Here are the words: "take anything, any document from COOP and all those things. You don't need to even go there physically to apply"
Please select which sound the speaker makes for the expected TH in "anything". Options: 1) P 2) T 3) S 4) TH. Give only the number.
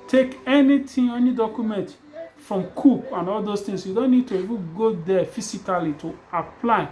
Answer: 2